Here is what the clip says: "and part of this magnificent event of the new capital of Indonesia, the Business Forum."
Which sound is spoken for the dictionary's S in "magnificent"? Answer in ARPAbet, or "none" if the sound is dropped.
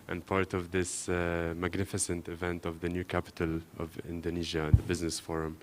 S